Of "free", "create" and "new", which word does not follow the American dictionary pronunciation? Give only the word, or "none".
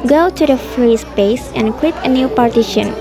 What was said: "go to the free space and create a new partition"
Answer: create